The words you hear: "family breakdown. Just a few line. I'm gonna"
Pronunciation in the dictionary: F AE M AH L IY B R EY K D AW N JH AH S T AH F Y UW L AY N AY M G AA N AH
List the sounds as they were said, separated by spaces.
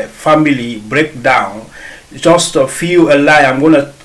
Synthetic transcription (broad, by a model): F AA M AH L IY B R EY K D AW N JH AH S T AH F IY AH L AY AY M G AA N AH